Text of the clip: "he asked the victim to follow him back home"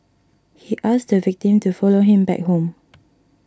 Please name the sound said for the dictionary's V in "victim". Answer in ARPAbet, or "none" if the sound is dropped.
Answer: V